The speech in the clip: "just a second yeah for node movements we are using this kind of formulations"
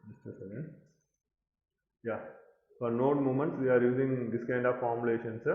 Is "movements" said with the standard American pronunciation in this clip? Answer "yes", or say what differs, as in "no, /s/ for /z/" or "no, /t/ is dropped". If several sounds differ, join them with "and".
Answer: no, /v/ is dropped